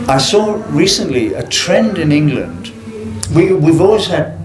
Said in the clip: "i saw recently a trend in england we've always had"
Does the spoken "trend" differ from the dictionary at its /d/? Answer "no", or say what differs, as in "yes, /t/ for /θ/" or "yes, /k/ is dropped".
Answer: no